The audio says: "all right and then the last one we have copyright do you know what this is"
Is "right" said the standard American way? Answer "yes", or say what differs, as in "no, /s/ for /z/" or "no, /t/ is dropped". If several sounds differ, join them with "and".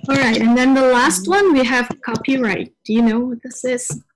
yes